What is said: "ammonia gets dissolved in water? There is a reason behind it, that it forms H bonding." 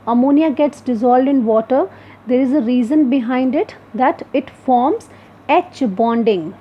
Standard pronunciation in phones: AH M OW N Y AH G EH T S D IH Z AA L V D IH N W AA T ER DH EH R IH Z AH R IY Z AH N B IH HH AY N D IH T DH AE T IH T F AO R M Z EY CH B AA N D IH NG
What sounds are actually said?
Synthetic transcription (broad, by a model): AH M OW N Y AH G EH T S D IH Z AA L D IH N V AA T ER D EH R IH Z AH R IY Z AH N B IH HH AY N D IH T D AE T IH T F AO R M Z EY CH B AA N D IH NG